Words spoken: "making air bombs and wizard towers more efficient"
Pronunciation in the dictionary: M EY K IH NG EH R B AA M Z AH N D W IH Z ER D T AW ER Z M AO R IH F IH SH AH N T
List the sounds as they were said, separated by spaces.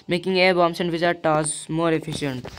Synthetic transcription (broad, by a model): M EY K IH NG EH R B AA M S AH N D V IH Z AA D T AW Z M AO R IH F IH SH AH N T